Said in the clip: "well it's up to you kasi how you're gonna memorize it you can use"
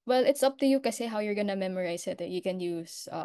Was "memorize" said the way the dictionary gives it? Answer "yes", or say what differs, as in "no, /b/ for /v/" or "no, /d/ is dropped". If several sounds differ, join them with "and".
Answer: no, /s/ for /z/